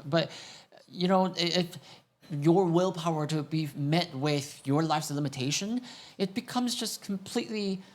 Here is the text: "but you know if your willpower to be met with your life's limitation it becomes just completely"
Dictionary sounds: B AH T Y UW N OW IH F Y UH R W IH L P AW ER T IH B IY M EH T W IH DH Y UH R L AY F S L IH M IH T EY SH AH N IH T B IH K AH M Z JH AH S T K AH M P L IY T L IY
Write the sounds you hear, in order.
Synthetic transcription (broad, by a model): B AH T Y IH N OW IH F Y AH R W IH L P AW ER T IH B IY M EH T W IH DH Y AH R L AY F S L IH M IH T EY SH AH N IH T B IH K AH M Z JH AH S K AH M P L IY T L IY